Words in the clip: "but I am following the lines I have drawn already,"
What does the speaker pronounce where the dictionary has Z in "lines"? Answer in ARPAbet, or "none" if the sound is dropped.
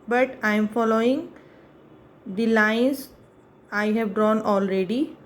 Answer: S